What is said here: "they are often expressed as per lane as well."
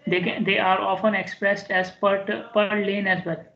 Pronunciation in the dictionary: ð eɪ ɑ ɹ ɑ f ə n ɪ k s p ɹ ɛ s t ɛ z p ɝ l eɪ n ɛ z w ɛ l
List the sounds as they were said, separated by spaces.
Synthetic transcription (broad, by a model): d eɪ ɑ ɹ ɑ f ə n ɪ k s p ɹ ɛ s t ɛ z p ɝ l eɪ n ɛ z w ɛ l